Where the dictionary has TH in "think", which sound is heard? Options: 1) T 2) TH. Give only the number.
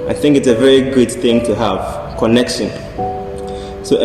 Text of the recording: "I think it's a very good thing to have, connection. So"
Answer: 2